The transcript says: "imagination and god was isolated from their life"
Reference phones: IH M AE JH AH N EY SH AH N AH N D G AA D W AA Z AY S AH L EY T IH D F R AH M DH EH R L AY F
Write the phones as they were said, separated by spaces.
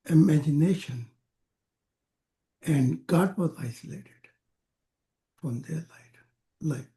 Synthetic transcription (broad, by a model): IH M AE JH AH N EY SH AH N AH N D G AA D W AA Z AY S AH L EY T IH D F R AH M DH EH L L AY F